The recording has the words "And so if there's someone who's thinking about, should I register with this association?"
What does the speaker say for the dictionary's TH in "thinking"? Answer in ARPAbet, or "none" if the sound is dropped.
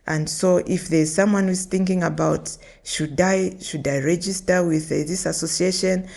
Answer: TH